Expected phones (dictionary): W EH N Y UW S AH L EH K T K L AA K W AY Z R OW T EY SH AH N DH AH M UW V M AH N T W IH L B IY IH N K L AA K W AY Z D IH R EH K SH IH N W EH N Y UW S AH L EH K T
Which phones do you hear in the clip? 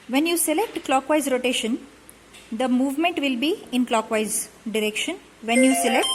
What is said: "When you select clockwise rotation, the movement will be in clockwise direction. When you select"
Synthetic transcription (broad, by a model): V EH N Y UW S AH L EH K T K L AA K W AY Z R OW T EY SH AH N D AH M UW V M AH N T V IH L B IY IH N K L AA K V AY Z D IH R EH K SH IH N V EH N Y UW S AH L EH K T